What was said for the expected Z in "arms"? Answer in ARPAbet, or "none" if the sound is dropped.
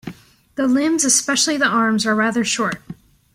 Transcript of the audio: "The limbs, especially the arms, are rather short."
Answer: Z